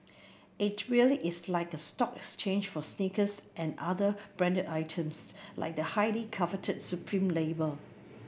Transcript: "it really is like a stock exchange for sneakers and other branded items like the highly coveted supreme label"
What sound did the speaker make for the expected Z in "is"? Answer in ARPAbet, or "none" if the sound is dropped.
S